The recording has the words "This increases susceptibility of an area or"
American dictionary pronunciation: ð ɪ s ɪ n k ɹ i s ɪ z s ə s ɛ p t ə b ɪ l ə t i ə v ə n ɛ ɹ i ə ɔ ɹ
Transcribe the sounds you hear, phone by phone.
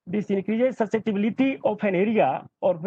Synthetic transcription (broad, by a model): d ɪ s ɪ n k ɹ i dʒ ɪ s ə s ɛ t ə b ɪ l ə t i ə p ə n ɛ ɹ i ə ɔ ɹ